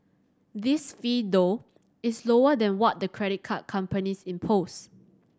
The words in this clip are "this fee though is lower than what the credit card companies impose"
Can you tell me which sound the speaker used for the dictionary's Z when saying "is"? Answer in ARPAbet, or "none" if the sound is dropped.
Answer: S